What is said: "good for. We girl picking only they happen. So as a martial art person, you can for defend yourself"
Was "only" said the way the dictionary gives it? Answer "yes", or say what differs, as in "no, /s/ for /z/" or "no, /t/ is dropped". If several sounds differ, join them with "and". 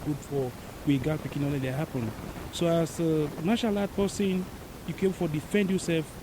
no, /n/ is dropped